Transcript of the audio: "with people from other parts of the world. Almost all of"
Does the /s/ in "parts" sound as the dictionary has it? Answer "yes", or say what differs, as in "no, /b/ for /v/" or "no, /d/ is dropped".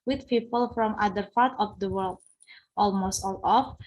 no, /s/ is dropped